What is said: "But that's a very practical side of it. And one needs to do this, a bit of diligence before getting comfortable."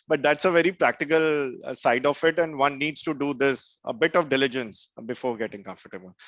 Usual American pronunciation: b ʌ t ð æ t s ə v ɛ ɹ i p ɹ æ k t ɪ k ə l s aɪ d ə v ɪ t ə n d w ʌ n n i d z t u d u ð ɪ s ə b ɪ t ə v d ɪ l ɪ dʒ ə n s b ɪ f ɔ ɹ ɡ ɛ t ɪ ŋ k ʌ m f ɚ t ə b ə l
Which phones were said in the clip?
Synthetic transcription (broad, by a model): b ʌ t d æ t s ə v ɛ ɹ i p ɹ æ k t ɪ k ə l s aɪ d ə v ɪ t ə n d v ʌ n n i d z t u d u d ɪ s ə b ɪ t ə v d ɪ l ɪ dʒ ə n s b ɪ f ɔ ɹ ɡ ɛ t ɪ ŋ k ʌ m f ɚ t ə b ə l